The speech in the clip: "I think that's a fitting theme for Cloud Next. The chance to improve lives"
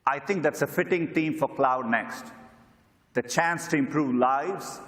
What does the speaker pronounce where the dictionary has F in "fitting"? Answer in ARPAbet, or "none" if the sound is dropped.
F